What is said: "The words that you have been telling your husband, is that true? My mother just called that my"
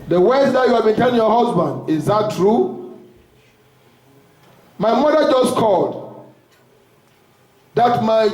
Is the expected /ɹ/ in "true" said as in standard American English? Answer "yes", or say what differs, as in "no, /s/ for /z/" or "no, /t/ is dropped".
yes